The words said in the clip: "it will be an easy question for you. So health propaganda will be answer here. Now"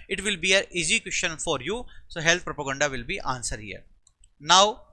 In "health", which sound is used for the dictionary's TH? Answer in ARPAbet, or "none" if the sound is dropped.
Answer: T